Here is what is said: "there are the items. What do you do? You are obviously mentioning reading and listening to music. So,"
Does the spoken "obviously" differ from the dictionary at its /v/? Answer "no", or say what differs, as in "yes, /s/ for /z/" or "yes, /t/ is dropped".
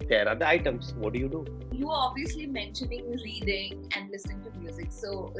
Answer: no